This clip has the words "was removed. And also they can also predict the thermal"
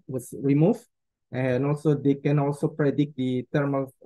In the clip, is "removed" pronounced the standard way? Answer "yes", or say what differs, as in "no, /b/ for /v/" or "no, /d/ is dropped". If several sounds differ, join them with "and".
no, /d/ is dropped